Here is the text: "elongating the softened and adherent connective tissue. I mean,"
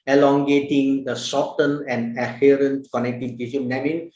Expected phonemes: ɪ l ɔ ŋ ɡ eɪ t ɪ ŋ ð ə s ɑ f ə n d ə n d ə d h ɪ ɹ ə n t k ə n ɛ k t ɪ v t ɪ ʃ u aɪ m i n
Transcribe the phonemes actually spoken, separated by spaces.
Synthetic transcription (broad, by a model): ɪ l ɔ ŋ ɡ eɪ t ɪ ŋ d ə s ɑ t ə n ə n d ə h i ɹ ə n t k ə n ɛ k t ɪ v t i s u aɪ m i n